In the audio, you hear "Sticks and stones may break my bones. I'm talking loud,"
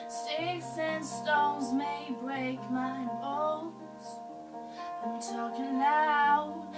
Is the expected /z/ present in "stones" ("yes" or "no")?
yes